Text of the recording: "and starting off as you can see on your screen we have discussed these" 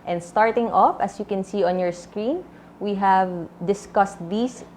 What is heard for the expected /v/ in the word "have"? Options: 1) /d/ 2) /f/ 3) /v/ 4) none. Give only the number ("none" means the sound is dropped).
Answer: 3